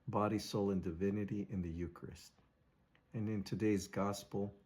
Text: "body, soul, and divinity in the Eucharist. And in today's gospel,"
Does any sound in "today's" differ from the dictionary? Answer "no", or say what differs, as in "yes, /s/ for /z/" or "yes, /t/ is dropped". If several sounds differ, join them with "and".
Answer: no